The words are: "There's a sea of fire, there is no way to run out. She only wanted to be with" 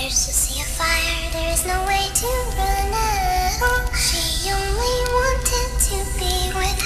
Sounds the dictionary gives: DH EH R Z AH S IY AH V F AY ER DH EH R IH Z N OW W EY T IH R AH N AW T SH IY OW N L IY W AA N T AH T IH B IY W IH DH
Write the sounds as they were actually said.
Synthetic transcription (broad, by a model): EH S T AH S IY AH F AY ER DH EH R IH Z N OW W EY T IH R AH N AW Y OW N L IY W AA N T AH T IH B IY W IH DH